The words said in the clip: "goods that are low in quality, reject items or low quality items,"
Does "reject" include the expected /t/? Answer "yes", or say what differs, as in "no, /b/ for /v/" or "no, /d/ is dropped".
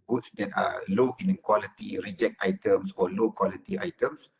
yes